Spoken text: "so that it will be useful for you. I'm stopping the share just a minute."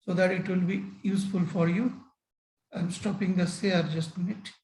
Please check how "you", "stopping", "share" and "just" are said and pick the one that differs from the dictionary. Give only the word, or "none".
share